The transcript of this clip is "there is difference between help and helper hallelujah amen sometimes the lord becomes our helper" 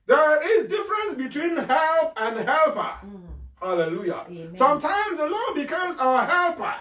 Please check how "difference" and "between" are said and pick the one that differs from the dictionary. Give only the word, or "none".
none